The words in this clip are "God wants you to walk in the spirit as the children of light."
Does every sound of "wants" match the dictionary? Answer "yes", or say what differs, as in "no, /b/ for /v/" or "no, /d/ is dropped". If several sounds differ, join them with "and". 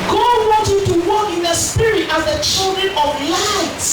no, /s/ is dropped